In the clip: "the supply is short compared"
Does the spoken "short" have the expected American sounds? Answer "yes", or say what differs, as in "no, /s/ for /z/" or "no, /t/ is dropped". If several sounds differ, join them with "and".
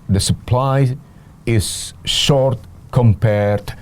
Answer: yes